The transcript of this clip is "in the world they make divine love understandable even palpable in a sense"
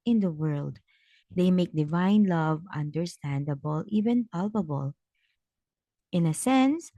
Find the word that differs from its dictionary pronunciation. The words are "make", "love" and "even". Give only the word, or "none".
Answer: none